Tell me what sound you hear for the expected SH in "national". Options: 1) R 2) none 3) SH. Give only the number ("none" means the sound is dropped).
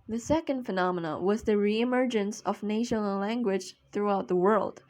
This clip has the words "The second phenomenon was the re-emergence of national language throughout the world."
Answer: 2